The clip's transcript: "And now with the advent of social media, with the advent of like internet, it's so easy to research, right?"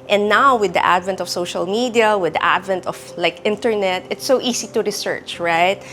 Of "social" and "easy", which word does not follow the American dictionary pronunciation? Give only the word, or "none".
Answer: easy